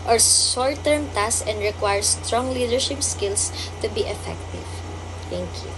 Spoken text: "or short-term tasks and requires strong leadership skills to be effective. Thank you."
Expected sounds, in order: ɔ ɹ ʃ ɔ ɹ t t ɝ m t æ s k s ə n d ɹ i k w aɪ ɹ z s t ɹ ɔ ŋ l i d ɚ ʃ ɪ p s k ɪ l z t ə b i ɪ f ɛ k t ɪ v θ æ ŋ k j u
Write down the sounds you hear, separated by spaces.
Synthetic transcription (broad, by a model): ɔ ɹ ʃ ɔ ɹ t t ɝ m t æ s s ə n d ɹ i k w aɪ ɹ s t ɹ ɔ ŋ l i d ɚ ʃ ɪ p s k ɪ l s t ə b i ɪ f ɛ k t ɪ v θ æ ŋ k j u